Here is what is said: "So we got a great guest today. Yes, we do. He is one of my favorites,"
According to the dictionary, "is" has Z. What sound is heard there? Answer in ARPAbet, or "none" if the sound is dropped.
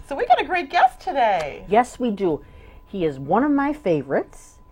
Z